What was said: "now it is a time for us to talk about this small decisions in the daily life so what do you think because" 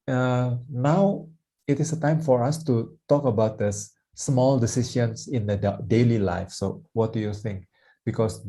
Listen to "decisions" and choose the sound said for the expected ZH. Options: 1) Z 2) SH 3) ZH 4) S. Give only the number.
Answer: 2